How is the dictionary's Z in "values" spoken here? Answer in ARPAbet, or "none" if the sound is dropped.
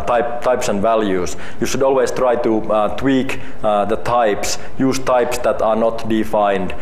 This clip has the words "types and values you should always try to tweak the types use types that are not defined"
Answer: S